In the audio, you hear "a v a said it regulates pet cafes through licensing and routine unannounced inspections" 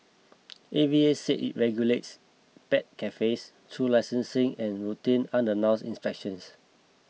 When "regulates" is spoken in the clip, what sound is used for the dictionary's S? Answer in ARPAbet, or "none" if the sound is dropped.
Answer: S